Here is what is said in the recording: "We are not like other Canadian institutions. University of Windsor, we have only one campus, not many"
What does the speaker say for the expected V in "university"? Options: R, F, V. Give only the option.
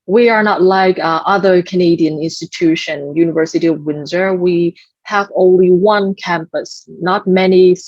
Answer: V